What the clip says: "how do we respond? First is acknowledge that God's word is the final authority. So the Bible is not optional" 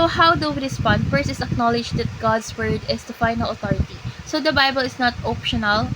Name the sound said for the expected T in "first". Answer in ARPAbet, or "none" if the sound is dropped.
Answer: none